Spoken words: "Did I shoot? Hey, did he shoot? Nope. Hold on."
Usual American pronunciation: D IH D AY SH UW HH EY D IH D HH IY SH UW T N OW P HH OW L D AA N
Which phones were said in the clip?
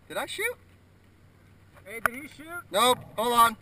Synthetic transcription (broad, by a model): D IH D AY SH UW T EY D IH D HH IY SH UW T N OW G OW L AA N